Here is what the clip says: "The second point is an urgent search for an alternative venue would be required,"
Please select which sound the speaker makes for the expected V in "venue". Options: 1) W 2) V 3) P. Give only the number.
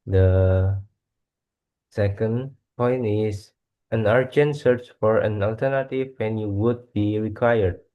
1